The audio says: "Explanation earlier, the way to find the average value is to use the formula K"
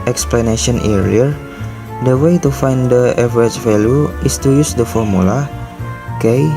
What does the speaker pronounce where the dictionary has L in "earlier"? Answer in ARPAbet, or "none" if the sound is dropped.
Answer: none